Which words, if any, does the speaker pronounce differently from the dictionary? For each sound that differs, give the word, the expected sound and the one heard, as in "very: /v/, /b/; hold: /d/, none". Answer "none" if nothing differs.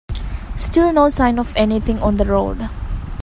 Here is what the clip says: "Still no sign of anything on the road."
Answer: anything: /θ/, /t/